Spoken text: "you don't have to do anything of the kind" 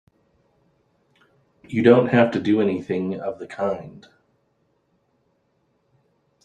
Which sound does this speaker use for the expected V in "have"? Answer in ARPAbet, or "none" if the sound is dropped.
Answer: F